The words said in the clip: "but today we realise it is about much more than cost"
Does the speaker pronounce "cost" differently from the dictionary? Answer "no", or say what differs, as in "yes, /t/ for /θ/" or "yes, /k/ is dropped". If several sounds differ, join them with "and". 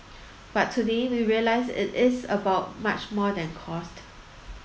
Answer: no